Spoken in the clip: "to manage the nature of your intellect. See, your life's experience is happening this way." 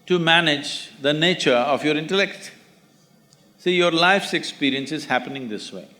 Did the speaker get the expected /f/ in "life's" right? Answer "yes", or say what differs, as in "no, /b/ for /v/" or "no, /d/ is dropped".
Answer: yes